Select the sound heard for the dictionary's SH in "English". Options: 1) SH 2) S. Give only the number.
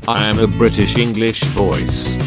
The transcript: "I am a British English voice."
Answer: 1